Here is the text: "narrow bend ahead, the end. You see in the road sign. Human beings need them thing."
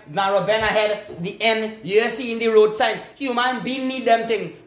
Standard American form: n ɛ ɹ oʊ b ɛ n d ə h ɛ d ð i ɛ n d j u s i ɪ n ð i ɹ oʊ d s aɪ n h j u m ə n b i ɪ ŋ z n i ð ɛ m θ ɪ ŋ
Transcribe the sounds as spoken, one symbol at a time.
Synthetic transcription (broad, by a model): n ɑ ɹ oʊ b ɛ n ə h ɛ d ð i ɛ n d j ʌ s i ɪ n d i ɹ oʊ d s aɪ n h j u m ə n b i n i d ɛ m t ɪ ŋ